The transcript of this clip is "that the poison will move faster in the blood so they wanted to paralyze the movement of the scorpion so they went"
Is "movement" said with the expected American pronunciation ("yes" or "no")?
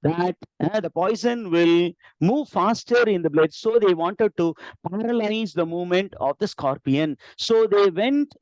yes